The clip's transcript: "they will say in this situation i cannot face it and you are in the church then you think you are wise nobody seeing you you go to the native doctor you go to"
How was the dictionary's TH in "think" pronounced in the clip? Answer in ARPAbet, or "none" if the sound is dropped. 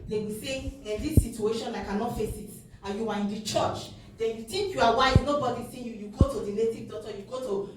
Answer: T